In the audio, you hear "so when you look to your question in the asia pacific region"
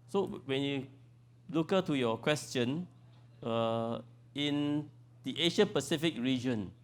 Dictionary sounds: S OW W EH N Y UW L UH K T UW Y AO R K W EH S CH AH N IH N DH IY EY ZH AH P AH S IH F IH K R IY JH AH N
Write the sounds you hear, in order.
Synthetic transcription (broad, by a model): S OW W EH N Y UW L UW K T UW Y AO K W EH S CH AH N IH N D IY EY SH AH P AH S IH F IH K R IY JH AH N